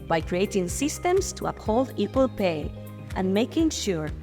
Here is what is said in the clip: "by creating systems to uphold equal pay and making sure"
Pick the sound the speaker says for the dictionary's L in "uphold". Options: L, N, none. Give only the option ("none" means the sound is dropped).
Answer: L